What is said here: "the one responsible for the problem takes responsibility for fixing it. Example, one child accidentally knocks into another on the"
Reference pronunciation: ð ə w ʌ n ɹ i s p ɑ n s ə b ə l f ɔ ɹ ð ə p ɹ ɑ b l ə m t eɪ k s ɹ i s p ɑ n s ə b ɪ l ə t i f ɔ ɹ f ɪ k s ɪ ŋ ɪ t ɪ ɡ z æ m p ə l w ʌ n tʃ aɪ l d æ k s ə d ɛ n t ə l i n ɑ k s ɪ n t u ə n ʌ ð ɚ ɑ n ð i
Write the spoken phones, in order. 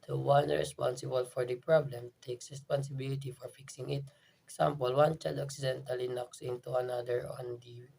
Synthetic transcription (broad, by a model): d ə w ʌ n ɹ i s p ɑ n s ə b ə l f ɔ ɹ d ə p ɹ ɑ b l ə m t eɪ k s ɹ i s p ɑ n s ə b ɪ l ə t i f ɔ ɹ f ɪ k s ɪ ŋ ɪ t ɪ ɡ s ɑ m p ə l w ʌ n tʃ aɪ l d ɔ k s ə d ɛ n t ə l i n ɑ k s ɪ n t u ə n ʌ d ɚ ɑ n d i